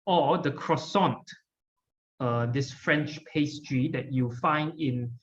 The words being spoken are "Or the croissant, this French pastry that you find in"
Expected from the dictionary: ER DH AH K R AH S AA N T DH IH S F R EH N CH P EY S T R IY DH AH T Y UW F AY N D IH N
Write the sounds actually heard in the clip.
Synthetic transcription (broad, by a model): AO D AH K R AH S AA N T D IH S F R EH N CH P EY S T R IY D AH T Y UW F AY N D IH N